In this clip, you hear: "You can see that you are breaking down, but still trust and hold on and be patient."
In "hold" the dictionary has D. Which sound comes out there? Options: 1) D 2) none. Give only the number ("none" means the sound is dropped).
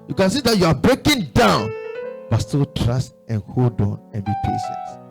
1